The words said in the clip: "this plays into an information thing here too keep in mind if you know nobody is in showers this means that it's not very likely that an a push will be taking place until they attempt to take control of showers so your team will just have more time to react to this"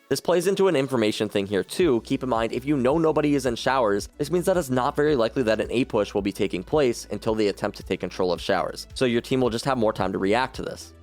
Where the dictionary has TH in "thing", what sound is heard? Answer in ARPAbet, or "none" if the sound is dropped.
TH